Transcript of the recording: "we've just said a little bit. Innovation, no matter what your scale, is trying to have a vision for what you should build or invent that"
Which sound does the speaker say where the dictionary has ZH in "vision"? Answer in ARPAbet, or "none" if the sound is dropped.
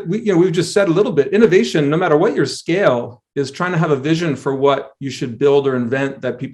ZH